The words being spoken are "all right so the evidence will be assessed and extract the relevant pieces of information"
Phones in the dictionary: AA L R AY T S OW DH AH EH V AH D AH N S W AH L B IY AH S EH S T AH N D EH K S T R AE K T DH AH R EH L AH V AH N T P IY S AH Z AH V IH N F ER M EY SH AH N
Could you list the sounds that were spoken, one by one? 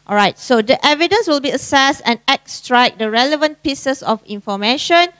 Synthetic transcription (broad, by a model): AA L R AY T S OW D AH EH V AH D AH N S W AH L B IY AH S EH S T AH N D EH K S T R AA K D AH R EH L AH V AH N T P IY S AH S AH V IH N F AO M EY SH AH N